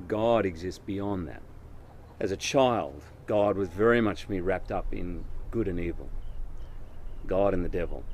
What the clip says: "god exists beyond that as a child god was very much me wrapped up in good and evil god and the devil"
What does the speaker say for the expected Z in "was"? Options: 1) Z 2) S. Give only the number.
1